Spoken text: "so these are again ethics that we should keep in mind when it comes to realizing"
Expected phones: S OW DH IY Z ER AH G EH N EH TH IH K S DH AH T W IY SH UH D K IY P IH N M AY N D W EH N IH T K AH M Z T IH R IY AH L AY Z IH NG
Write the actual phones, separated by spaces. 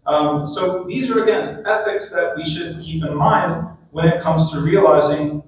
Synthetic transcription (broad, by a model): S OW DH IY Z ER AH G EH N EH TH IH K S DH AH T W IY SH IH D K IY P IH N M AY N D W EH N IH T K AH M Z T IH R IY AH L AY Z IH NG